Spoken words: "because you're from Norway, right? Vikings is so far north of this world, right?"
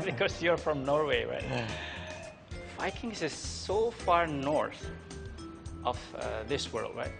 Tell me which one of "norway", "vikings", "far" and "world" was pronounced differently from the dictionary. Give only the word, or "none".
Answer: vikings